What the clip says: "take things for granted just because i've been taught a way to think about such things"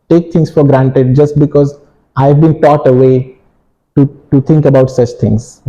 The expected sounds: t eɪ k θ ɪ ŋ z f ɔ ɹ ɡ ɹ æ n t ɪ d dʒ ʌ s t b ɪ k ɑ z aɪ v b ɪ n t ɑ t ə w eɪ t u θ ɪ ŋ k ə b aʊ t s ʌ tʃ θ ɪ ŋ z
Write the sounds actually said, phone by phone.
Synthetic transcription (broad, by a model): t eɪ k t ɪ ŋ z f ɔ ɹ ɡ ɹ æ n t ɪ d dʒ ʌ s t b ɪ k ɑ z aɪ v b ɪ n t ɑ t ə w eɪ t u t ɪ ŋ k ə b aʊ t s ʌ tʃ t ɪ ŋ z